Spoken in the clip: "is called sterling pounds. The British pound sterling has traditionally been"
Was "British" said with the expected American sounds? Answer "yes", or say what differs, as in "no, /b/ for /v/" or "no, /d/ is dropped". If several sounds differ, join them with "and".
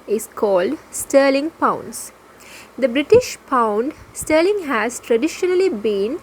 yes